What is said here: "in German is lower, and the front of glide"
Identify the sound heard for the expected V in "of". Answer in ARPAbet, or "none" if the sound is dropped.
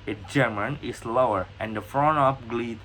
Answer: P